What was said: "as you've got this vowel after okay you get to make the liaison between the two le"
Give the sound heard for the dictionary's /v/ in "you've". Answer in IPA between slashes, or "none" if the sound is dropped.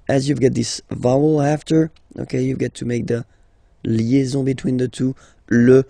/v/